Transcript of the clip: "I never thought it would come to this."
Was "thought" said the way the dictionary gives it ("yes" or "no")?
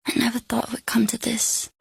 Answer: yes